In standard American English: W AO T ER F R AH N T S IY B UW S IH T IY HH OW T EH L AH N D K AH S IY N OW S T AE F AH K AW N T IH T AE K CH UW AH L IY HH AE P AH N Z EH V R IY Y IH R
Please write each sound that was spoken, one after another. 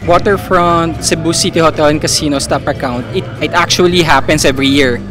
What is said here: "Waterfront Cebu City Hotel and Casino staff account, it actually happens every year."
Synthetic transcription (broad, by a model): W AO T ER F R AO N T S IY B UW S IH T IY HH OW T EH L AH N K AH S IY N OW S T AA P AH K AW N T IH T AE K CH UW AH L IY HH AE P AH N S EH V R IY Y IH R